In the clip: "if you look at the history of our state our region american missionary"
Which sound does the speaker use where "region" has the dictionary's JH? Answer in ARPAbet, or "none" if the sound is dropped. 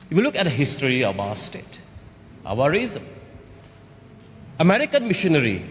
Z